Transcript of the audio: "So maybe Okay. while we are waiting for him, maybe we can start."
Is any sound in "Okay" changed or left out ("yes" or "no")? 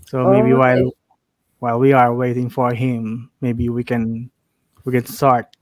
yes